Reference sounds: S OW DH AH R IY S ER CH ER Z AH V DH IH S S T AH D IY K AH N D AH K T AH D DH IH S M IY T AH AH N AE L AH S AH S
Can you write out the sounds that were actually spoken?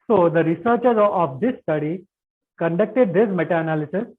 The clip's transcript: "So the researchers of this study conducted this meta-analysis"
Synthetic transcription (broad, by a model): S OW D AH R IY S ER CH ER Z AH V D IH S S T AH D IY K AH N D AH K T AH D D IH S M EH T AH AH N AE L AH S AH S